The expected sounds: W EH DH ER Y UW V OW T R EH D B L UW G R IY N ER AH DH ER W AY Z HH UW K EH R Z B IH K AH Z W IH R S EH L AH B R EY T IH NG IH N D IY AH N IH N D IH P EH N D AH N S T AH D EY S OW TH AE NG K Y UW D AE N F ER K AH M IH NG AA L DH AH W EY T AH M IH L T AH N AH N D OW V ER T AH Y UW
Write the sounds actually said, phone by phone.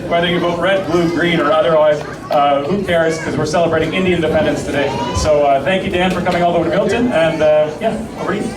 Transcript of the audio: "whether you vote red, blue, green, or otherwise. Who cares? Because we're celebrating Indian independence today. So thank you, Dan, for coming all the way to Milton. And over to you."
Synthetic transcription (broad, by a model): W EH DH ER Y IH B OW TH R EH D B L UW G R IY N ER AH DH ER W AY Z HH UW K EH R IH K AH Z W IH R S EH L AH B R EY T IH NG IH N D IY IH N D IH P EH N D AH N S T AH D EY S OW TH AE NG K Y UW D AE N F ER K AH M IH NG AA L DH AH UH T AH M IH L T AH N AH N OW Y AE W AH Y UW